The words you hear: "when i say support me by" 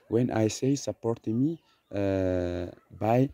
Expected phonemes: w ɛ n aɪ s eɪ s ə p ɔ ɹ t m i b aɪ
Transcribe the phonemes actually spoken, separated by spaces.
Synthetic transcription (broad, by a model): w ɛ n aɪ s eɪ s ə p ɔ ɹ t m i b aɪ